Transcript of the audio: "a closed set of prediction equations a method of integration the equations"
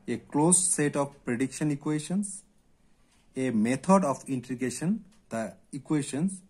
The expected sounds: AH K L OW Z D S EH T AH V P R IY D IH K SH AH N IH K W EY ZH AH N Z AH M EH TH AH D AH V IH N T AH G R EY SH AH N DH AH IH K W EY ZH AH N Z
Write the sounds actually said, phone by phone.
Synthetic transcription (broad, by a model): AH K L OW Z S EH T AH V P R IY D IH K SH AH N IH K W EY SH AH N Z AH M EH T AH D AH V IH N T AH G EY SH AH N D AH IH K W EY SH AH N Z